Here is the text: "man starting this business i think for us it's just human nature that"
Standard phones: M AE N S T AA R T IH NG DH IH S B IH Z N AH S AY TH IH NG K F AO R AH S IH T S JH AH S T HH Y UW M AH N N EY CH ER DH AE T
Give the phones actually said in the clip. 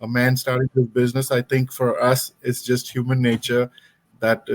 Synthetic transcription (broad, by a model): M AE N S T AA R T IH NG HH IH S B IH Z N AH S AY T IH NG K F AO R AH S IH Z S JH AH S T HH Y UW M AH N N EY CH ER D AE T